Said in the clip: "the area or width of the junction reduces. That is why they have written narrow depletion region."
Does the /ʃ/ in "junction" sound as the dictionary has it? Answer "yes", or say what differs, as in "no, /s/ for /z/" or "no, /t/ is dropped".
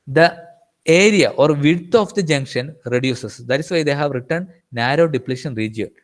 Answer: yes